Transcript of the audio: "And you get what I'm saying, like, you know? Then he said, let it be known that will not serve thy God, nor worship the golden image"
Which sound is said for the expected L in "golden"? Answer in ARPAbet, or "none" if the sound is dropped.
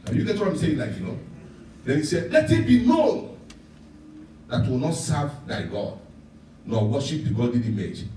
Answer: none